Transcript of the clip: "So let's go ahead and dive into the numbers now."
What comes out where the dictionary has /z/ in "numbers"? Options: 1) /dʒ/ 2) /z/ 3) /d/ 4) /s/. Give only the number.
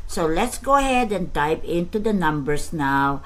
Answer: 4